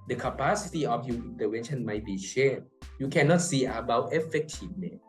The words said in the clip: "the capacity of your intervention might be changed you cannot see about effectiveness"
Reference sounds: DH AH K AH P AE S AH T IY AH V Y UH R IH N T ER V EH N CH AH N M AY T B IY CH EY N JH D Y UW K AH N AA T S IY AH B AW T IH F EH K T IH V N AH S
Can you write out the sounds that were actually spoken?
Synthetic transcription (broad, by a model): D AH K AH P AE S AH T IY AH F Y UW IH N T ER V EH N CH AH N M AY T B IY SH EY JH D Y UW K AH N AA T S IY AH B AW T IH F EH K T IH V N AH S